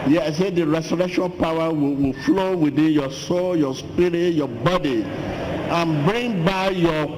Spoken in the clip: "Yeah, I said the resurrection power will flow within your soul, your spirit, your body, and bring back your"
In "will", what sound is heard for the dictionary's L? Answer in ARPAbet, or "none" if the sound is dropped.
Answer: W